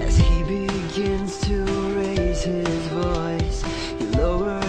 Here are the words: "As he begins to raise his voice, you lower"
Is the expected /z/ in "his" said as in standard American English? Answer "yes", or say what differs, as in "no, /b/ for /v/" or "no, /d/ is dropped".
yes